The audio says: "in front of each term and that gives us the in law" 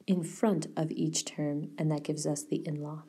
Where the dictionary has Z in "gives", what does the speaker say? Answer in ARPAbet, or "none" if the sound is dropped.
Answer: Z